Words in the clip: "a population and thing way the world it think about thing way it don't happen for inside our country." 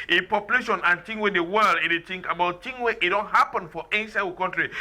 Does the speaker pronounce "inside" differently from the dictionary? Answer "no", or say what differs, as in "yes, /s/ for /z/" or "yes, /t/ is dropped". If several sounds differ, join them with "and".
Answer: yes, /d/ is dropped